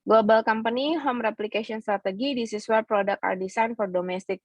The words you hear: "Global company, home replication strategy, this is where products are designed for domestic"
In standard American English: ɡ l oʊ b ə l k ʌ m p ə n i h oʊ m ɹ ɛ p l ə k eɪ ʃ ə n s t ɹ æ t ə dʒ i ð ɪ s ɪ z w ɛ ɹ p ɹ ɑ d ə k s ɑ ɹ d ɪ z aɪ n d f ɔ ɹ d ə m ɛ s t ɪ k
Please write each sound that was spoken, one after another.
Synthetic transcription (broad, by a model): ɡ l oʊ b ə l k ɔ m p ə n i h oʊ m ɹ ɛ p l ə k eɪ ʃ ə n s t ɹ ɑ t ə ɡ i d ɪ s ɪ s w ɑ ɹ p ɹ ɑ d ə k ɑ ɹ d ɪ s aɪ n f ɔ ɹ d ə m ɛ s t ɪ k